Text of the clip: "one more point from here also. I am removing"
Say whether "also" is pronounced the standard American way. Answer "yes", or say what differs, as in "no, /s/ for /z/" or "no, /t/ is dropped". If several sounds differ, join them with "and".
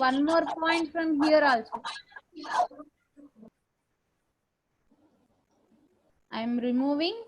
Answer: yes